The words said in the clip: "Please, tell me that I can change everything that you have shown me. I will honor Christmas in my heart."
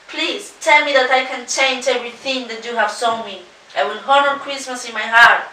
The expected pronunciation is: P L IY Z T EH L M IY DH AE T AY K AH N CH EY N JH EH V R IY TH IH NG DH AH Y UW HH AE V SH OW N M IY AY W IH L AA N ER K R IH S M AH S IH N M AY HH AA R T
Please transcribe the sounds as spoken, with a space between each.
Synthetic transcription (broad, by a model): P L IY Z T EH L M IY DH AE T AY K AH N CH EY N JH EH V R IY TH IH NG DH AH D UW HH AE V S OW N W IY AY W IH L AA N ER K R IH S M AH S IH N M AY HH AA R T